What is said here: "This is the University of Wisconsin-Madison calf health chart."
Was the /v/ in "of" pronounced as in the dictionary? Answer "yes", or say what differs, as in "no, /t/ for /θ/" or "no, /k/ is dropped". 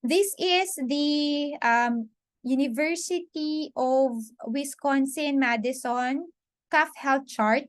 yes